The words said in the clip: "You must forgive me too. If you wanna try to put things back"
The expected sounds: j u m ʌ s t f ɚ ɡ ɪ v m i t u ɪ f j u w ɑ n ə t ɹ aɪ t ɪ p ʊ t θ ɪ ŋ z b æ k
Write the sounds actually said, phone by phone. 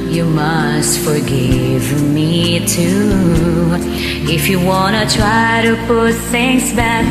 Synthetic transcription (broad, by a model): j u m ʌ s t f ɚ ɡ ɪ v m i t u ɪ f j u w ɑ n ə t ɹ aɪ t ɪ p ʊ t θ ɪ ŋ s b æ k